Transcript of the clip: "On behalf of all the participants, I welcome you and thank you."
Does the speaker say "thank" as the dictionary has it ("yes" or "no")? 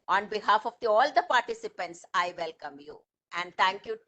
no